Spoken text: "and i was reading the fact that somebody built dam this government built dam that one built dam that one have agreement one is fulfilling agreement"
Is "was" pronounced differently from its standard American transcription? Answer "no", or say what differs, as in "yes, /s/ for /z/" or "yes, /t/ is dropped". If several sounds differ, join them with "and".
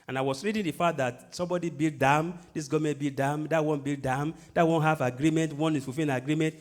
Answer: yes, /s/ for /z/